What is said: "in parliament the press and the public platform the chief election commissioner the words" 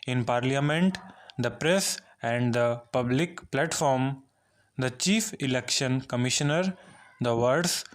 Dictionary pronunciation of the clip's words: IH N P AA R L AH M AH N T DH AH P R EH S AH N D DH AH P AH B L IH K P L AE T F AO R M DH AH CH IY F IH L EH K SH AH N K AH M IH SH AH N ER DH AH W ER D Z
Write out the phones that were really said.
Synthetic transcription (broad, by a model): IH N P AA R L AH M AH N T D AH P R EH S AH N D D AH P AH B L IH K P L AE T F AO R M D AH CH IY F IH L EH K SH AH N K AH M IH SH AH N ER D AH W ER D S